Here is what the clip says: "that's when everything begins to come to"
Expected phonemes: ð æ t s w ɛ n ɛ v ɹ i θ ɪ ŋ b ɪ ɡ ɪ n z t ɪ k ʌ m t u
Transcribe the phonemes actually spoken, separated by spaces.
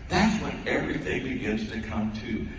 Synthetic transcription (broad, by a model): ð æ t s w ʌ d ɛ v ɹ i θ ɪ ŋ b ɪ ɡ ɪ n z t ɪ k ʌ m t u